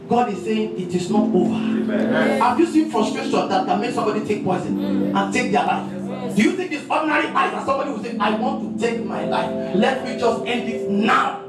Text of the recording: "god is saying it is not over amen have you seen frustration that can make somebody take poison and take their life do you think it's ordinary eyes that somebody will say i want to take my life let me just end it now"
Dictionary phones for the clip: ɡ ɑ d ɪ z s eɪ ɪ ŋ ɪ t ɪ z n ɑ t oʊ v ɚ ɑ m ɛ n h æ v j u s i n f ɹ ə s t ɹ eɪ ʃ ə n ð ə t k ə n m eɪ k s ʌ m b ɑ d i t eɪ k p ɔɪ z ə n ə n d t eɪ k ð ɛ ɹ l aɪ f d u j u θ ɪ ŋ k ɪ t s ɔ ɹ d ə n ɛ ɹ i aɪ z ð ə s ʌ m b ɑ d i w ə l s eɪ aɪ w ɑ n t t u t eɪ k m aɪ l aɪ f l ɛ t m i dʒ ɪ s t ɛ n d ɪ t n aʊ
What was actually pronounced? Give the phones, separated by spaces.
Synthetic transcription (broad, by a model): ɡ ɑ d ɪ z s eɪ ɪ ŋ ɪ t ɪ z n ɑ t oʊ v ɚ ɑ ɪ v j u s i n f ɹ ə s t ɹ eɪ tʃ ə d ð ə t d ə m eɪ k s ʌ m b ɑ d i t eɪ k p ɔɪ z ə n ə n t eɪ k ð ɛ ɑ l aɪ f d u j u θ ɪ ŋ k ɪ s ɔ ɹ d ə n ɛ ɹ i aɪ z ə s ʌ m b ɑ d i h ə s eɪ aɪ w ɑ n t t u t eɪ k m aɪ l aɪ f l ɛ t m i dʒ ɪ s t ɛ n d ɪ t n aʊ